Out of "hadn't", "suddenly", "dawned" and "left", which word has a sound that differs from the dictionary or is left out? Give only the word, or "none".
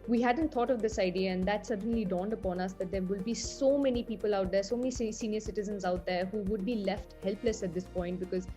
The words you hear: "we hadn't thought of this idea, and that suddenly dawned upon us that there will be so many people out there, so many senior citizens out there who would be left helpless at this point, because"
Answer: none